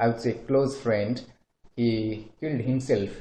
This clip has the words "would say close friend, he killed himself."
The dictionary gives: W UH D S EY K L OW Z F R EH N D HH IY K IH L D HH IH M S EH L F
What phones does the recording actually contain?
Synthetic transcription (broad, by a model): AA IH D S EY K L OW Z F R EH N D HH IY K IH L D HH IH M S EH L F